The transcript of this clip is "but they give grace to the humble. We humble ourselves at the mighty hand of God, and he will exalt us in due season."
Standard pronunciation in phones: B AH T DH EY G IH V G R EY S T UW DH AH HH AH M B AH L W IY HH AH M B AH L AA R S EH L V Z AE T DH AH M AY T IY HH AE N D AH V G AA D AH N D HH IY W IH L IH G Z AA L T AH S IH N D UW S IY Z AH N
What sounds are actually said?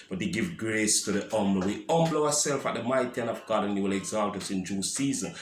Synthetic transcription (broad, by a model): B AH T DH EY G IH V G R EY S T UW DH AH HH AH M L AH W IY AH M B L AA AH S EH L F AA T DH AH M AY T IY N AH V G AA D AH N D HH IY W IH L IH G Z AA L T AH S IH N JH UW S IY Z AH N